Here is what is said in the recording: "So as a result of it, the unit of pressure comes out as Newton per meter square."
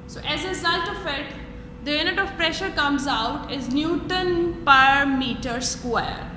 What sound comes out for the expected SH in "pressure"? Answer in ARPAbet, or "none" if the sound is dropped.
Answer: SH